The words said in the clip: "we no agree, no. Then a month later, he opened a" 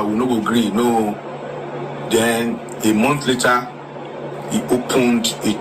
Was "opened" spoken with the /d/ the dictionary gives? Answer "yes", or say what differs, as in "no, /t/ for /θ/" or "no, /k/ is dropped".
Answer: yes